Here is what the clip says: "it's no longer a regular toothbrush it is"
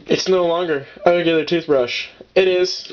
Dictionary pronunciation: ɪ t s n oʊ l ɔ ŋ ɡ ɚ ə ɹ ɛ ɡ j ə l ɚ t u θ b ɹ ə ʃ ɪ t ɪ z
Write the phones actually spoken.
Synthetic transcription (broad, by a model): ɪ t s n oʊ l ɔ ŋ ɡ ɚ ə ɹ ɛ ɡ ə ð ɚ t u θ b ɹ ə ʃ ɪ t ɪ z